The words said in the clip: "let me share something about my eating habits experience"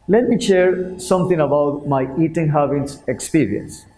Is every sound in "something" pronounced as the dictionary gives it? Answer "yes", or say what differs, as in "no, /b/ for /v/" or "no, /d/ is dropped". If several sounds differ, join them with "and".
no, /t/ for /θ/